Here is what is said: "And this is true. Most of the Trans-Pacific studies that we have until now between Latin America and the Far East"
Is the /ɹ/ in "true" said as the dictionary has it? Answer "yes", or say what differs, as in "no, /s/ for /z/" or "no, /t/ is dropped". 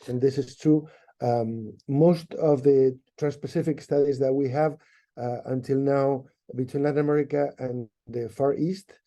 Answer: no, /ɹ/ is dropped